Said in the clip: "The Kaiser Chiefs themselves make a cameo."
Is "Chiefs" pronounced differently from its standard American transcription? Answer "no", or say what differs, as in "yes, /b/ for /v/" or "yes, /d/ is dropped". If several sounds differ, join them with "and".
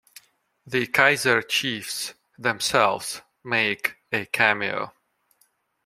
no